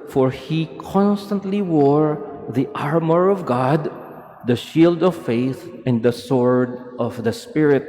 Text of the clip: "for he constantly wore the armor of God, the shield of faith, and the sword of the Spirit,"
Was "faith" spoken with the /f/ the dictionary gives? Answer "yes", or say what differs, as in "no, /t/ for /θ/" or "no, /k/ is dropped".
yes